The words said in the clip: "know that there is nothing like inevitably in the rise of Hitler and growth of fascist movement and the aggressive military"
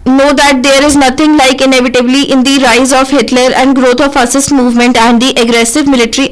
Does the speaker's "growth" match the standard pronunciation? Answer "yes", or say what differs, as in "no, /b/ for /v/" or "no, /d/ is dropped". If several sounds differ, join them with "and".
no, /t/ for /θ/